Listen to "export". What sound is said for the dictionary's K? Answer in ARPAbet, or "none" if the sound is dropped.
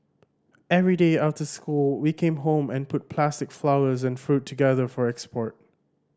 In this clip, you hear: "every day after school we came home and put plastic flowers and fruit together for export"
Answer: K